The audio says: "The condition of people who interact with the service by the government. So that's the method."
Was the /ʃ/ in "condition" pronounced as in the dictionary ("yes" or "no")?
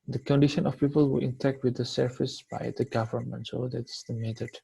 yes